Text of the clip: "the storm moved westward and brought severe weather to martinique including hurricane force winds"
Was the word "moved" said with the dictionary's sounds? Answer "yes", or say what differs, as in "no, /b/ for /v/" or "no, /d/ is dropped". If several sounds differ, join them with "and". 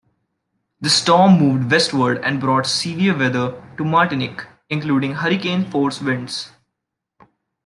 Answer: yes